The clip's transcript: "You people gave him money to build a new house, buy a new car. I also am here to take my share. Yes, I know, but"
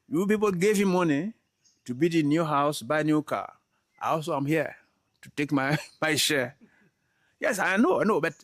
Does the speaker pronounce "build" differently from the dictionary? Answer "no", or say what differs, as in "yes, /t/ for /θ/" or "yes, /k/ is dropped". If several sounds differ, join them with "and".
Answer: yes, /l/ is dropped